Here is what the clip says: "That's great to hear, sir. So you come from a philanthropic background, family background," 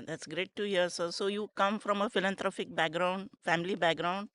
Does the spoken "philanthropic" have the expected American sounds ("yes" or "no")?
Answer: no